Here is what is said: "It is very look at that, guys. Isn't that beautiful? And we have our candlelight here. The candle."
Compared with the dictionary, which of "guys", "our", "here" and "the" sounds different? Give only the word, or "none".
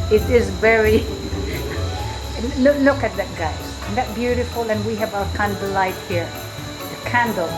guys